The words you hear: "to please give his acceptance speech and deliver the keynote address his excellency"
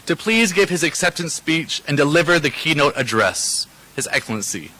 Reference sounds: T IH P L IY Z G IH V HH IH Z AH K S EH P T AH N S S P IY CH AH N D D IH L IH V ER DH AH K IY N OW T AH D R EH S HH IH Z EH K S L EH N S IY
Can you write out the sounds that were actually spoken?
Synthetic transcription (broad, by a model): T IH P L IY Z G IH V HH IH Z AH K S EH P T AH N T S P IY CH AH N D D IH L IH V ER DH AH K IY N OW T AH D R EH S HH IH Z EH K S L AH N S IY